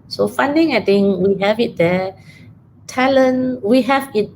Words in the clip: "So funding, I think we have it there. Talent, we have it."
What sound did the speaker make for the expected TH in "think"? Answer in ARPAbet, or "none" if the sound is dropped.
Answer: T